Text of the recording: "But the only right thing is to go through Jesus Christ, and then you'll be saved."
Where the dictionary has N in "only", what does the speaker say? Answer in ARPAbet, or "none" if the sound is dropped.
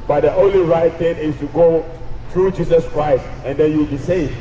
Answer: N